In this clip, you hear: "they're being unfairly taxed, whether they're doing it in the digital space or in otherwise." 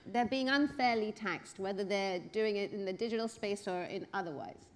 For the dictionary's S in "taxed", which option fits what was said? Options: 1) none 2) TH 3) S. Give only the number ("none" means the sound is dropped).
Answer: 3